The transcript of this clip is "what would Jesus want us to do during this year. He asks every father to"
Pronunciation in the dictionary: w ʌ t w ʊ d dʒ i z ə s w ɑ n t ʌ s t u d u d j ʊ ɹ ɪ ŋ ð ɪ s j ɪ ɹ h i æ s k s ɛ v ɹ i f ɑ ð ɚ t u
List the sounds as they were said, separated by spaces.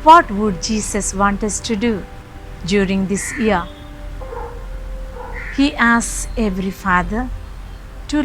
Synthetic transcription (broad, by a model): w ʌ t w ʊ d dʒ i s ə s w ɑ n t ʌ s t u d u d j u ɹ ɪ ŋ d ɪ s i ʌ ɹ h i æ s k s ɛ v ɹ i f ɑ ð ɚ t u